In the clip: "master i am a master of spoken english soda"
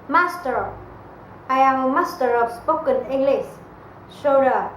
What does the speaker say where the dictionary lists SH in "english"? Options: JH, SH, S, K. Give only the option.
S